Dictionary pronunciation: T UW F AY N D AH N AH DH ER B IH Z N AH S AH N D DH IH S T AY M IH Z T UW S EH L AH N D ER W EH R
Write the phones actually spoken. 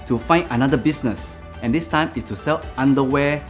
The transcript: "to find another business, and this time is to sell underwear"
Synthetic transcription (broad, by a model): T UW F AY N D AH N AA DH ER B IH S N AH S AH N D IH S T AY M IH S T UW S EH L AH N D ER W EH